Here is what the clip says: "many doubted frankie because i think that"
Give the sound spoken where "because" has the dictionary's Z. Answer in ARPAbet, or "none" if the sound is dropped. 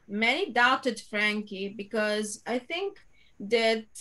Z